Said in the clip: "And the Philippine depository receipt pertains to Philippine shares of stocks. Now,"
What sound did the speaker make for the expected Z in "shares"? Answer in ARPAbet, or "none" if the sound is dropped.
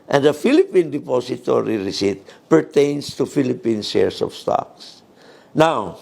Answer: S